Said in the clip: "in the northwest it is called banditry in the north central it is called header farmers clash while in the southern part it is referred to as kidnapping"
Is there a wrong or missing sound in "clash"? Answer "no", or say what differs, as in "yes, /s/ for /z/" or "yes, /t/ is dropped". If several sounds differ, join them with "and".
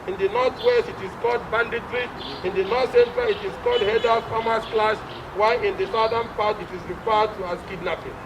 yes, /s/ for /ʃ/